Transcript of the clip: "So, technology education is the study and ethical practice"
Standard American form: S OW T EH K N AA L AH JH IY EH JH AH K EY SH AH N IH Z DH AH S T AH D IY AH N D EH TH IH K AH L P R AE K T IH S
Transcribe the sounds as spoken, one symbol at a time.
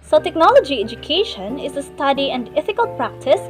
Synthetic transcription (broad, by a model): S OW T EH K N AA L AH JH IY EH JH AH K EY SH AH N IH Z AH S T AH D IY AH N D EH F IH K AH L P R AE K T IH S